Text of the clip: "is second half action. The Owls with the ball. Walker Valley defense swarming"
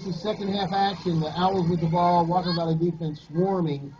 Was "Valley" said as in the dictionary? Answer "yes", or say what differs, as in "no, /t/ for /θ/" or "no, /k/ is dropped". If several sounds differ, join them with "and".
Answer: no, /b/ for /v/